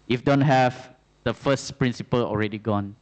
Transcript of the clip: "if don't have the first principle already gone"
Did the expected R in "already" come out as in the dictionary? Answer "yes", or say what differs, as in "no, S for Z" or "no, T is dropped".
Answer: yes